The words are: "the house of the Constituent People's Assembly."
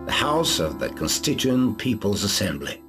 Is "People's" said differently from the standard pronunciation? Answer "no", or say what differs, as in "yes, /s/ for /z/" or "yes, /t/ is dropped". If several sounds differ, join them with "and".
no